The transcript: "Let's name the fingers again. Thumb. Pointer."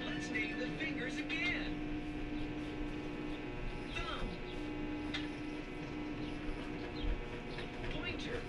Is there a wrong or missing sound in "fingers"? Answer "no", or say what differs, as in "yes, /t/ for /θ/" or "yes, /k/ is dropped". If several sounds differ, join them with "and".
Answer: no